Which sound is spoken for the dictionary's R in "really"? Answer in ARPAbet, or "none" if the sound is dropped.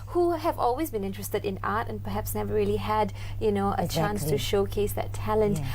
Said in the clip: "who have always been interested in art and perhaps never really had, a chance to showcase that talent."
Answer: L